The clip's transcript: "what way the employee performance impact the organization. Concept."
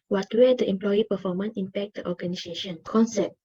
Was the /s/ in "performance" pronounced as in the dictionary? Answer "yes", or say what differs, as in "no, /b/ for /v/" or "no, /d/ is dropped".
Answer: no, /s/ is dropped